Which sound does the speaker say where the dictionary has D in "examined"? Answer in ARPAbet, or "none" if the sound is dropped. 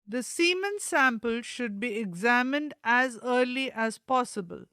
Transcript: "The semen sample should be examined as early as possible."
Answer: D